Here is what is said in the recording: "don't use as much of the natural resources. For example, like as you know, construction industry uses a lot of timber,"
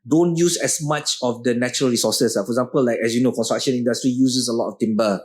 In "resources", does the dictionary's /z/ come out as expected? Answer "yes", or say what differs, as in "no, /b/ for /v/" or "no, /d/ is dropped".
no, /z/ is dropped